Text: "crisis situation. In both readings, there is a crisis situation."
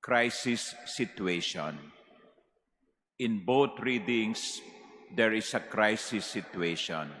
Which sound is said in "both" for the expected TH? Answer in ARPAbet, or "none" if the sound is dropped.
T